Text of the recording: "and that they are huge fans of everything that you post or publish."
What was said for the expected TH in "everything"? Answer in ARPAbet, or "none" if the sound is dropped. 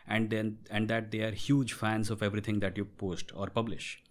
T